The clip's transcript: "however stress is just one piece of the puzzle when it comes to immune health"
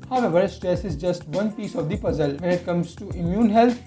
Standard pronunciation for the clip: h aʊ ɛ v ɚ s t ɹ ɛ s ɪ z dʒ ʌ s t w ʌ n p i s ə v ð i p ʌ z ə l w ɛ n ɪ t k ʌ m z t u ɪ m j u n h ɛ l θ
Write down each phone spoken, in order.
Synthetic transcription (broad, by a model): h aʊ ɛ v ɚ s t ɹ ɛ s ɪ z dʒ ʌ s t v ʌ n p i s ə v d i p ʌ z ə l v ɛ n ɪ t k ʌ m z t u ɪ m j u n h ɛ l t